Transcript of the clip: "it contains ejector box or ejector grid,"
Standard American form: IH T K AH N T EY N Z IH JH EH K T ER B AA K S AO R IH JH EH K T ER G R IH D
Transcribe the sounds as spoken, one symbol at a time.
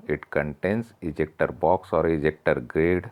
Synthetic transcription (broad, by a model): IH T K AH N T EY N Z IH JH EH K T ER B AA K S AO R IH JH EH K T ER G R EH D